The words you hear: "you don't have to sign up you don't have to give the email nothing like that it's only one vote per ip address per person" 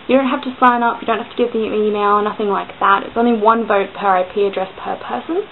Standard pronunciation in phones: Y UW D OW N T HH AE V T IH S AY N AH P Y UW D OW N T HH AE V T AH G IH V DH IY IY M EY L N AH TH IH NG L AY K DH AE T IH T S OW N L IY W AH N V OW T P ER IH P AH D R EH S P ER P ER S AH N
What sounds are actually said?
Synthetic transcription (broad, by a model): Y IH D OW N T HH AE F T IH S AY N AH P Y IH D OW N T HH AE F T AH G IH V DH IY IY M EY L N AH TH IH NG L AY K DH AE T IH T S OW N L IY W AH N V OW T P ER IH P AH D R EH S P ER P ER S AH N